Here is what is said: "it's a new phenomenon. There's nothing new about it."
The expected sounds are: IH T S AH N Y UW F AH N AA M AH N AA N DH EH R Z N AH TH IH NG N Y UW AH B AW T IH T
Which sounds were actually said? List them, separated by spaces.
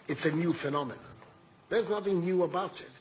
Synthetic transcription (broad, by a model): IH T S AH N Y UW F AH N AA M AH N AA DH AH R Z N AH TH IH NG N Y UW AH B AW T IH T